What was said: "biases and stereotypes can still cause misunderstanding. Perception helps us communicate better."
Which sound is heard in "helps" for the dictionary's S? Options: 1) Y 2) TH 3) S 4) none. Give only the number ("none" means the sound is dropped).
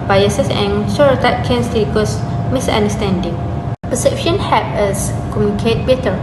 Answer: 4